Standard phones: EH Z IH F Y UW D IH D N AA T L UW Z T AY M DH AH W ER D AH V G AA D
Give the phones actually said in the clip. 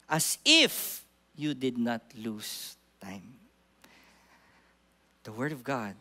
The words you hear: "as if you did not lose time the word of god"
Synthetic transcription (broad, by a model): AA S IH F Y UW D IH D N AA T L UW S T AY M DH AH W ER D AH V G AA D